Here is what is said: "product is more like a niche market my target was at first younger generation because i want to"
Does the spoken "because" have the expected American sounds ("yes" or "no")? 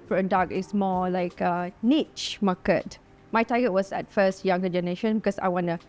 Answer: no